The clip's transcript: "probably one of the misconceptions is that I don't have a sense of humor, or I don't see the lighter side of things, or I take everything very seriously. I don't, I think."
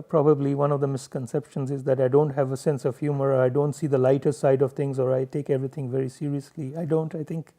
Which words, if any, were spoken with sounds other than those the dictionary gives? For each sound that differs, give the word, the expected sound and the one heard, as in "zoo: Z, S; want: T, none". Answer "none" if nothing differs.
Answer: things: TH, T; everything: TH, T